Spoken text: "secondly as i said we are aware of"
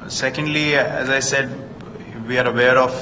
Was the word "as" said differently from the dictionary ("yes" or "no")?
no